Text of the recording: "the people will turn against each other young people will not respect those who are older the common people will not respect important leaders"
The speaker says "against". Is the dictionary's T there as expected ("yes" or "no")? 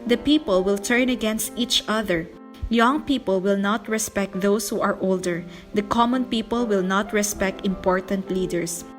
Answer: yes